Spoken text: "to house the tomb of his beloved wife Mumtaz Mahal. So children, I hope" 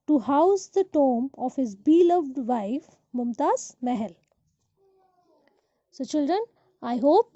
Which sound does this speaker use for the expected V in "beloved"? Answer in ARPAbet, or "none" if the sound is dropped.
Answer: V